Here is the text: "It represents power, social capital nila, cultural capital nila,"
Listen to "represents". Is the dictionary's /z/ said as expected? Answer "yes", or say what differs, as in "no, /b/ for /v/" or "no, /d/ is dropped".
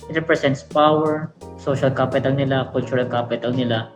no, /s/ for /z/